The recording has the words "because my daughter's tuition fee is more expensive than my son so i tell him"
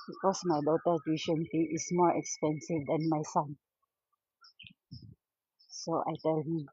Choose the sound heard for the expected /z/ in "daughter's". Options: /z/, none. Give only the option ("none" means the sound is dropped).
none